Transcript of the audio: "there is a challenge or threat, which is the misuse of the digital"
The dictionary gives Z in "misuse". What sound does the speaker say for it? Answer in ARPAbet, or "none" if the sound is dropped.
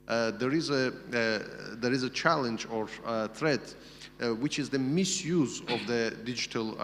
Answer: Z